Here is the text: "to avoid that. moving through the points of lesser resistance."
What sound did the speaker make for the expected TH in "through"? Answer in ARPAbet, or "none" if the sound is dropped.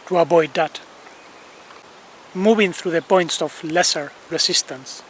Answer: TH